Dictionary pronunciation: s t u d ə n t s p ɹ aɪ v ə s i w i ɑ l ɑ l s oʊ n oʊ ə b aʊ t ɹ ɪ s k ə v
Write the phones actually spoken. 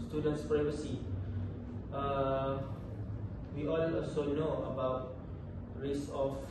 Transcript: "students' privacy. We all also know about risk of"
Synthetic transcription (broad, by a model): s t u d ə n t s p ɹ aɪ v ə s i w i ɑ n ɑ l s oʊ n oʊ ə b aʊ t ɹ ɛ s ə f